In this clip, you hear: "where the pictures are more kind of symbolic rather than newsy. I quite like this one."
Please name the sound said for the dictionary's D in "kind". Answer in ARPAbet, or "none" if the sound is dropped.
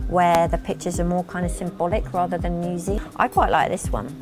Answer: D